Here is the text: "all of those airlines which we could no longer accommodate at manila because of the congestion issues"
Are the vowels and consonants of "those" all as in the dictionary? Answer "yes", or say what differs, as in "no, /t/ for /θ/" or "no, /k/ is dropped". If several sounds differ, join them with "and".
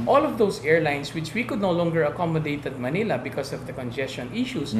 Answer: no, /s/ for /z/